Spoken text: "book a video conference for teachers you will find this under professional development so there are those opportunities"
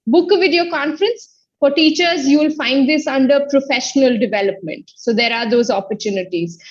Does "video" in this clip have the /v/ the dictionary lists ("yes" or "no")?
yes